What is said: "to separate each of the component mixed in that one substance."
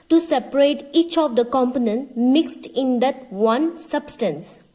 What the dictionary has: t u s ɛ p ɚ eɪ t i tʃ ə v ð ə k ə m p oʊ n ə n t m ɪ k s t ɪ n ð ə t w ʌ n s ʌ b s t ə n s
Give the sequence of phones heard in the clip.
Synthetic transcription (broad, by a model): t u s ɛ p ɚ eɪ t i tʃ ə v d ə k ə m p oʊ n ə n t m ɪ k s t ɪ n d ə t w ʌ n s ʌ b s t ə n s